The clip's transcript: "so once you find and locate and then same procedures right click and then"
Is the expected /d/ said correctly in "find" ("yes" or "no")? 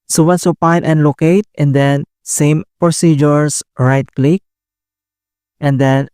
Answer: no